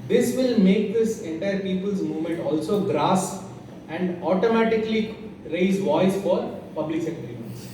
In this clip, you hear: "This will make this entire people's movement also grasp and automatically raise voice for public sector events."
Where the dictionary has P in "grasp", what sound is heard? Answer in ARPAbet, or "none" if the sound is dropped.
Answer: none